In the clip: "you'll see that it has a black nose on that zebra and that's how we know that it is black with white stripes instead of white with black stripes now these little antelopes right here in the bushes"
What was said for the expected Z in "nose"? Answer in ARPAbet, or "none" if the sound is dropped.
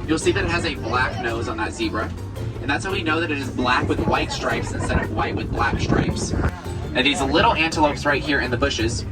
Z